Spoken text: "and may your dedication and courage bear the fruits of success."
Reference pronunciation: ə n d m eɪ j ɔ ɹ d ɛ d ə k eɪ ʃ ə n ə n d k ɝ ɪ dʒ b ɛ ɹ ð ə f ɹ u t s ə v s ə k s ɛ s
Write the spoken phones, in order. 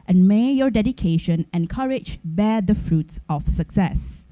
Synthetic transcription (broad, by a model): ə n m eɪ j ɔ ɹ d ɛ d ə k eɪ ʃ ə n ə n k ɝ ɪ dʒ b ɛ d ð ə f ɹ u t s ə f s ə k s ɛ s